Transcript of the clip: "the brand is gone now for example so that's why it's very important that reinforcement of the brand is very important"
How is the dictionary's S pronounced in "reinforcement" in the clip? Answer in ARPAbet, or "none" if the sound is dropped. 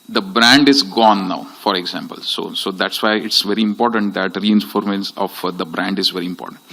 none